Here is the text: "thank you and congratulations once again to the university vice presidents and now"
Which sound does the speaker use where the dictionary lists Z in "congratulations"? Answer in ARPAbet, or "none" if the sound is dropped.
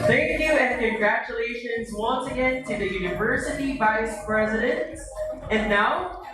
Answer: Z